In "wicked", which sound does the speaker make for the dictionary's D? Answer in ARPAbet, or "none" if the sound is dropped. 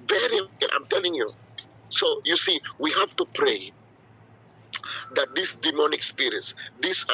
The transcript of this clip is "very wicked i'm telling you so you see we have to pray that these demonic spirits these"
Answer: none